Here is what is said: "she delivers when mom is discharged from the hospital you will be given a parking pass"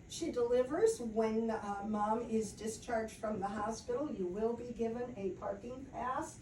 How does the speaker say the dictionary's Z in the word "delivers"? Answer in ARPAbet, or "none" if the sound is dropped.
Z